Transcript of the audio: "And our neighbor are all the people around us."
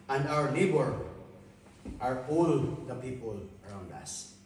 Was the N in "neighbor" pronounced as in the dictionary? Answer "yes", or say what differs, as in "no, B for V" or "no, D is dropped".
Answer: no, L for N